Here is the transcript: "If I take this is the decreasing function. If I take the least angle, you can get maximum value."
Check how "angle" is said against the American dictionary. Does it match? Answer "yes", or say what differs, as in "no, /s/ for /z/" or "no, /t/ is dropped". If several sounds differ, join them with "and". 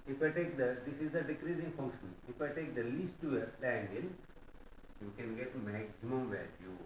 no, /n/ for /l/